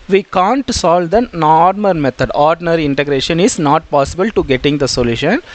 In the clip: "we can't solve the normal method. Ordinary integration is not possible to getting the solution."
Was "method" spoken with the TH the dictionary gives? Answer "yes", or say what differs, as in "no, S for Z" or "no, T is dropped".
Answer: no, T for TH